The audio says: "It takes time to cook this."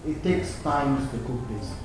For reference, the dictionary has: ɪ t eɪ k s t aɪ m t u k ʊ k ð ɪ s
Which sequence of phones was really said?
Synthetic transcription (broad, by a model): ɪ t eɪ k s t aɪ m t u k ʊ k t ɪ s